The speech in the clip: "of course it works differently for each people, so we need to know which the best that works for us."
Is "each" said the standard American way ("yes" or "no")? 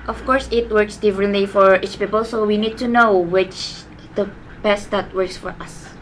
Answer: yes